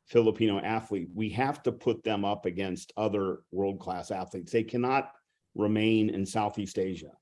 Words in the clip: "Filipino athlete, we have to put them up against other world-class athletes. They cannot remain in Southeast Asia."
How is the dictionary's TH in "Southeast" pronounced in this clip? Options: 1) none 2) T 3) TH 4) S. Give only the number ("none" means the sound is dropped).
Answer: 3